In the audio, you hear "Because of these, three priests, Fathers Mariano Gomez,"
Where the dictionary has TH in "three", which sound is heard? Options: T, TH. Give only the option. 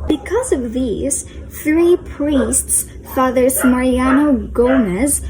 TH